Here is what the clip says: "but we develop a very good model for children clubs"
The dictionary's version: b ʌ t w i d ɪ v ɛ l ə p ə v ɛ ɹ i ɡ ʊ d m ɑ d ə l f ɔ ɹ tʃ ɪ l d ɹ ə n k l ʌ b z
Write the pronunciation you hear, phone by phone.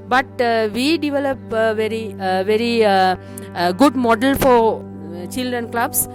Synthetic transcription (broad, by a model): b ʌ t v i d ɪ v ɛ l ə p ə v ɛ ɹ i ɡ ʊ d m ɑ d ə l f ɔ ɹ tʃ ɪ l d ɹ ə n k l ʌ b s